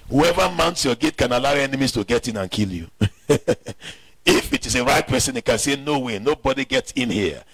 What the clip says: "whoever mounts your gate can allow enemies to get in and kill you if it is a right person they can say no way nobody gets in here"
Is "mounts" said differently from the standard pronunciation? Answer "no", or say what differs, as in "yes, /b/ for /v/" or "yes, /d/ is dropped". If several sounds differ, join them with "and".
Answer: no